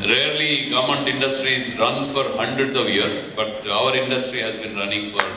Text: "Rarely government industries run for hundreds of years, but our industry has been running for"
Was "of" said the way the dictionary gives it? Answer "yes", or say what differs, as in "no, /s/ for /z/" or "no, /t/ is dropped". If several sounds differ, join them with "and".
yes